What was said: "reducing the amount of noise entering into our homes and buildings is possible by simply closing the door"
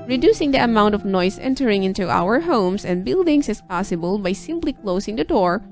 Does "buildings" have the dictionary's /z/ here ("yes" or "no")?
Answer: no